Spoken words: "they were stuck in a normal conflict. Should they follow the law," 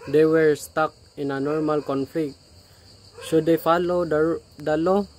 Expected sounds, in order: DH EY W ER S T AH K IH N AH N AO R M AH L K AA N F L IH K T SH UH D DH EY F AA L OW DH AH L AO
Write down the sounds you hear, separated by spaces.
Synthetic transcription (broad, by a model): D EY W ER S T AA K IH N AH N AO R M AH L K AA N F L IH K T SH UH D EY F AA L OW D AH L AO